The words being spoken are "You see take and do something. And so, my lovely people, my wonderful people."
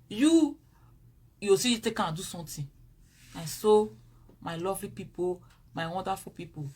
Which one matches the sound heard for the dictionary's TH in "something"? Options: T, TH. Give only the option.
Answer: T